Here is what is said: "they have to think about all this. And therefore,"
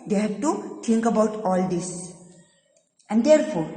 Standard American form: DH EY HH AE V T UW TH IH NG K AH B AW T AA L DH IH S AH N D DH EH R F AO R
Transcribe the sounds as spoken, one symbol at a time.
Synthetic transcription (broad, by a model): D EY HH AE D T UW T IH NG K AH B AW T AA L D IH S AH N D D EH R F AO R